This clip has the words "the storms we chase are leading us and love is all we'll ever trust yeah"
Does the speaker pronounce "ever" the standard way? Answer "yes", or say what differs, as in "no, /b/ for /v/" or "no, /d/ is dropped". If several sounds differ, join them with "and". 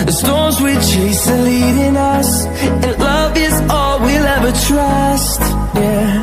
yes